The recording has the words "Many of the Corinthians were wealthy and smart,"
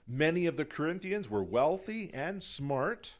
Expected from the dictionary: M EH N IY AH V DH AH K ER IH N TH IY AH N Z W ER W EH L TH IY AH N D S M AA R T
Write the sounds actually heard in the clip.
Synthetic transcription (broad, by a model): M EH N IY AH V DH AH K ER IH N TH IY AH N Z W ER W EH L TH IY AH N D S M AA R T